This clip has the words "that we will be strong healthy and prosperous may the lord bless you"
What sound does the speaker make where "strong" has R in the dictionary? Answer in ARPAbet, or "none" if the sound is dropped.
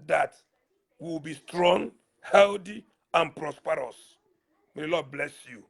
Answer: R